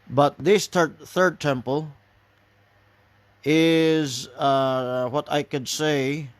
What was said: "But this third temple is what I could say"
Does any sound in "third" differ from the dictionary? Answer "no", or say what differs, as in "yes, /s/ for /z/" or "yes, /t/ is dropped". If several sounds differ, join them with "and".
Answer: no